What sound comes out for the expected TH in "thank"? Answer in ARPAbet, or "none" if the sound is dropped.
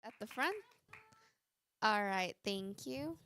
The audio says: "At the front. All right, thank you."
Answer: TH